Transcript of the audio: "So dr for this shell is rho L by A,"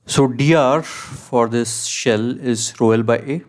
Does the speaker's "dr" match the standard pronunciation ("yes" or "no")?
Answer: no